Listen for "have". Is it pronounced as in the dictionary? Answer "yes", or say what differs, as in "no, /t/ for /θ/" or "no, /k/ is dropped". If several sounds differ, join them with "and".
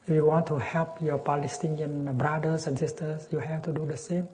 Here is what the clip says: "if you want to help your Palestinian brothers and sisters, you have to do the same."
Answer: no, /f/ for /v/